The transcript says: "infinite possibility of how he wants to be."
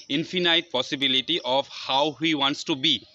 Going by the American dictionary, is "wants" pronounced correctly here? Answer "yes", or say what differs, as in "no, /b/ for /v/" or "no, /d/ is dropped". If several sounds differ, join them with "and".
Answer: yes